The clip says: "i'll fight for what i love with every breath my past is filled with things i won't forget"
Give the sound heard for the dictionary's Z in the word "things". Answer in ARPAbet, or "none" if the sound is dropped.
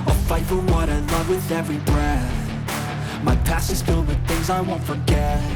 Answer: Z